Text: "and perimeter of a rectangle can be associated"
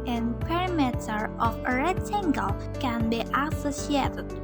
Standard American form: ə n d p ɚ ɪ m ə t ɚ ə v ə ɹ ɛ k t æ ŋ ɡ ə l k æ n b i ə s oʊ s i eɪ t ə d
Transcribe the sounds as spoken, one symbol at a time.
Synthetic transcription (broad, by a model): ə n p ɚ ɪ m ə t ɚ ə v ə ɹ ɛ t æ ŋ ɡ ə l k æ n b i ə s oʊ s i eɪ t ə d